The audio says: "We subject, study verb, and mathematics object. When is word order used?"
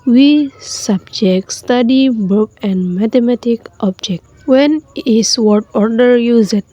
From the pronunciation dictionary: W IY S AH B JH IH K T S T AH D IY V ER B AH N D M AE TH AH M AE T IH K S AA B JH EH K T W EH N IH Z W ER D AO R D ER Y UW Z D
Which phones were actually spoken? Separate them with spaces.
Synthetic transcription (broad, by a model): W IY S AH B JH IH K T S T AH D IY B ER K AH N D M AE T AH M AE T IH K AA B JH EH K T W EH N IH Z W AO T AO R D ER Y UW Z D